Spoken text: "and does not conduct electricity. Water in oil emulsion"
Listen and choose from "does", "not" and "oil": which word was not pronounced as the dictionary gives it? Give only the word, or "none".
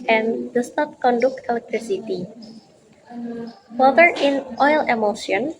does